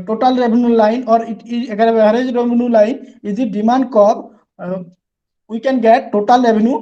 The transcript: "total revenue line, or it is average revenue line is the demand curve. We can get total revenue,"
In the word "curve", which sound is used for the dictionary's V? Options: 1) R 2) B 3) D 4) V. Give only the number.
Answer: 2